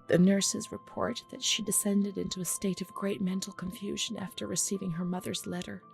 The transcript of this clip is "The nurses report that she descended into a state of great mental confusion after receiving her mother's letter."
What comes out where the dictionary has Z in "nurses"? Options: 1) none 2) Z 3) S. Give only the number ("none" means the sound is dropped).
2